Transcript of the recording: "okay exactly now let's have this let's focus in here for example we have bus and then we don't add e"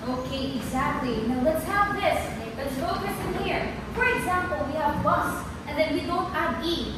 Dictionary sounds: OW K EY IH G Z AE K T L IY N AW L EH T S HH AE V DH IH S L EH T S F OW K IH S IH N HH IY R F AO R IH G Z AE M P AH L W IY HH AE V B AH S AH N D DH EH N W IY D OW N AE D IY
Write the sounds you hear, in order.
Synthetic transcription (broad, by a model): OW K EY IH G Z AE K T L IY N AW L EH T S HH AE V DH IH S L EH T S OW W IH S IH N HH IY R F AO R IH G Z AE M P AH L W IY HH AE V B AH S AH N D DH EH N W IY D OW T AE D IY